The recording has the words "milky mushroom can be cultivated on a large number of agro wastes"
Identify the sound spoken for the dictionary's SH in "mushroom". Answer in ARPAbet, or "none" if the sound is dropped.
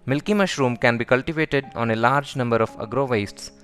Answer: SH